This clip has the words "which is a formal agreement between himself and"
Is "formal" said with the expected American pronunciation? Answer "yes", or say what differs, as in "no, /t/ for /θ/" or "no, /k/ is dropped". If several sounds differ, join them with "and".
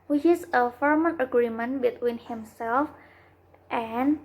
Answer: no, /n/ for /l/